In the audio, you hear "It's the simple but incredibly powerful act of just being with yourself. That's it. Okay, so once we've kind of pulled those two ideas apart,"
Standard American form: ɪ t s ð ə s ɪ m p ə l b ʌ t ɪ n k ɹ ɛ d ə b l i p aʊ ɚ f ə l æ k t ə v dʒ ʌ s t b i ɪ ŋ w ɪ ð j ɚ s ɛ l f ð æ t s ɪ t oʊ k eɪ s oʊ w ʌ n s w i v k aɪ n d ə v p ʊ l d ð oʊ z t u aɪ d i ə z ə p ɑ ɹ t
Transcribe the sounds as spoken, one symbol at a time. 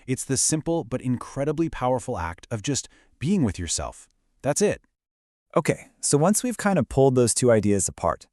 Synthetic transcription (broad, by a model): ɪ t s ð ə s ɪ m p l b ʌ t ɪ n k ɹ ɛ d ə b l i p aʊ ɚ f l æ k t ə v dʒ ʌ s t b i ɪ ŋ w ɪ ð j ɚ s ɛ l f ð æ t s ɪ t oʊ k eɪ s oʊ w ʌ n s w i v k aɪ n d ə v p ʊ l d ð oʊ z t u aɪ d i ə z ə p ɑ ɹ t